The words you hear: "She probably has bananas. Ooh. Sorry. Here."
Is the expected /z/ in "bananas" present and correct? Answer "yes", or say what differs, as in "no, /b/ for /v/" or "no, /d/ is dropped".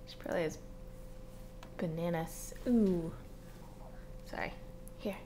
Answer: no, /s/ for /z/